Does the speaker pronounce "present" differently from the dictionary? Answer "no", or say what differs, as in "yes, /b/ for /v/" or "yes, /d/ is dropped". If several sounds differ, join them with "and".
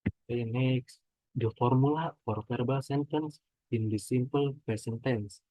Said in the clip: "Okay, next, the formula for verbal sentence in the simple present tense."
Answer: yes, /ɹ/ is dropped and /s/ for /z/